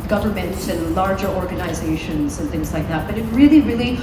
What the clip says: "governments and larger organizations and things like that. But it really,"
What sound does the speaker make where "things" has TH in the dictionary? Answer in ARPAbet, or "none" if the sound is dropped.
TH